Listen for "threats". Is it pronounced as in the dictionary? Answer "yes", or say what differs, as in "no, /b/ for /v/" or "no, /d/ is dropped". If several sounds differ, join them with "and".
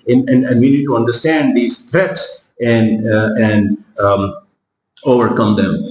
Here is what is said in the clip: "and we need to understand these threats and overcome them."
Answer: no, /t/ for /θ/